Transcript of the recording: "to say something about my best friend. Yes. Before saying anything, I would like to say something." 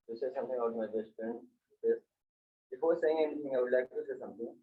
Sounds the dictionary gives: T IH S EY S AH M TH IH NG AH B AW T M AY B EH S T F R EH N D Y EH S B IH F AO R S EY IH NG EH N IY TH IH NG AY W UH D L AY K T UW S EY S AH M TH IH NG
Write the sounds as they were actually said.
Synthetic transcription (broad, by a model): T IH S EY S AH M T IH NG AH UH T M AY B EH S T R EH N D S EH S B IH F AO R S EY IH NG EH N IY T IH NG AY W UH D L AY K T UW S EY S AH M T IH NG